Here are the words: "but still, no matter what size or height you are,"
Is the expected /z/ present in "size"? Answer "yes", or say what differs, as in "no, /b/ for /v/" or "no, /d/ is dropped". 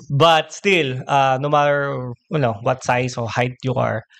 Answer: no, /s/ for /z/